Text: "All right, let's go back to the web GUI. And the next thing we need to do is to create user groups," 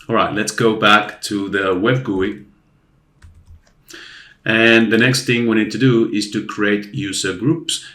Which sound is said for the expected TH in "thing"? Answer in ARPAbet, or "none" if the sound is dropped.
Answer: TH